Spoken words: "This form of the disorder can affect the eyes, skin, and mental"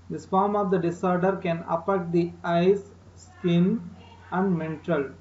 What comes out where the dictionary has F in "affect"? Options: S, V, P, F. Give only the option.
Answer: P